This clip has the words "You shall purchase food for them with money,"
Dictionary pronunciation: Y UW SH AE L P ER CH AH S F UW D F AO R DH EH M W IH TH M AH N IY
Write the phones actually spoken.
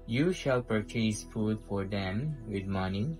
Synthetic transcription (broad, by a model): Y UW SH AE L P ER CH AH S F UW D F AO R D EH M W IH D M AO N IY